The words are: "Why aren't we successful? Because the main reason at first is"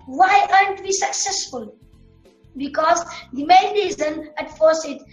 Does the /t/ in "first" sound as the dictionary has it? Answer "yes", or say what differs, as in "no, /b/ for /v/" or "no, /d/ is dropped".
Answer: no, /t/ is dropped